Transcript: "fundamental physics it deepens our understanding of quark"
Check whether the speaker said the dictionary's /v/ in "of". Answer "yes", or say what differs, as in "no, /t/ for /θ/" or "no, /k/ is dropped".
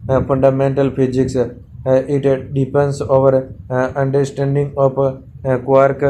no, /p/ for /v/